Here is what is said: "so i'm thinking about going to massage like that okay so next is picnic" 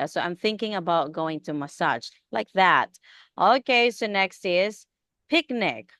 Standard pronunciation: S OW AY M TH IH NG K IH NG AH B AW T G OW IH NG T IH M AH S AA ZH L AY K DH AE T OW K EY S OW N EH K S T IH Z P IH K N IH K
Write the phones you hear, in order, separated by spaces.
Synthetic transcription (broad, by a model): S OW AY M TH IH NG K IH NG AH B AW T G OW IH NG T IH M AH S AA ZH L AY K DH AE T OW K EY S OW N EH K S T IH Z P IH K N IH K